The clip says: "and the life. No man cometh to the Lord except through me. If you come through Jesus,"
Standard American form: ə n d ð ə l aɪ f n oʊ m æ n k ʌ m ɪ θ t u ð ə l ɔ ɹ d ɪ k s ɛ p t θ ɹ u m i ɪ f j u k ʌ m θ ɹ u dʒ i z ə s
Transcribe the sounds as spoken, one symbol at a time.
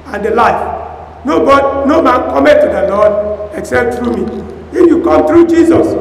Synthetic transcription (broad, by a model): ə n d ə l aɪ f n oʊ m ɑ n k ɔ m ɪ t u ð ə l ɔ d ɪ k s ɛ p t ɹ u m i ɪ f j u k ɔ m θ ɹ u dʒ i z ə s